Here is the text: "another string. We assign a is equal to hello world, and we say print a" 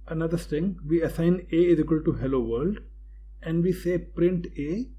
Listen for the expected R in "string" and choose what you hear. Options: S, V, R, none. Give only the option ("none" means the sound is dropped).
none